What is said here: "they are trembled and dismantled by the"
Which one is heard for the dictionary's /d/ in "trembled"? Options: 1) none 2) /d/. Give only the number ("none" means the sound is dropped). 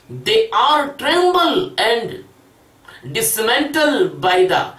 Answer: 1